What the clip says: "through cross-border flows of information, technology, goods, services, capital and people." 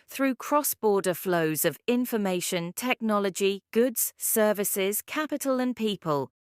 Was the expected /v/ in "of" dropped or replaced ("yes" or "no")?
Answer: no